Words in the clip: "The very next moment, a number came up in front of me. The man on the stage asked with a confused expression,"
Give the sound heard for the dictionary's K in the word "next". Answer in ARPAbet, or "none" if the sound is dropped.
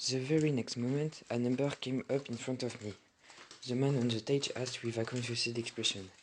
K